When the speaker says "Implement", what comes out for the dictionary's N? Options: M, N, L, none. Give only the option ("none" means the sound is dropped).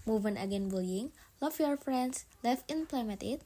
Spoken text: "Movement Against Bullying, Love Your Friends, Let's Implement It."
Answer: none